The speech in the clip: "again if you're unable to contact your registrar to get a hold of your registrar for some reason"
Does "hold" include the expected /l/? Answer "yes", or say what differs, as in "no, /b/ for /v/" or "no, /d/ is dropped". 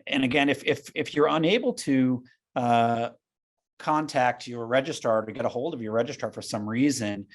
yes